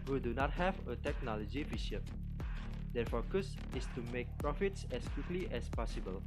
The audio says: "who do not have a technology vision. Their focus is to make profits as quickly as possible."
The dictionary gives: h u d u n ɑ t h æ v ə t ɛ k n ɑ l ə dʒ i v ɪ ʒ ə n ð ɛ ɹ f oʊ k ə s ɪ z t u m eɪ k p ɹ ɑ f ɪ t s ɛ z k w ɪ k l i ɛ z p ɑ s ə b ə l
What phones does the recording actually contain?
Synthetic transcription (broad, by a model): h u d u n ɑ t h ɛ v ə t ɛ k n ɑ l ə dʒ i f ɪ ʃ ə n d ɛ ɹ f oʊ k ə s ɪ s t u m eɪ k p ɹ ɑ f ɪ t s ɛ s k w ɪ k l i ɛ s p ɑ s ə b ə l